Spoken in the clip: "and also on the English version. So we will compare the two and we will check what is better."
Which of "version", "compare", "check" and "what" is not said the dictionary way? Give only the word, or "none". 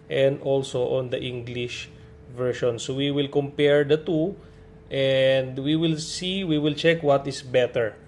version